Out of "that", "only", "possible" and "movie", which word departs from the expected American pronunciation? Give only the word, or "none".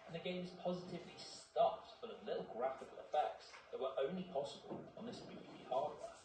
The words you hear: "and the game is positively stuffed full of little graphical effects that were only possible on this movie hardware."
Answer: movie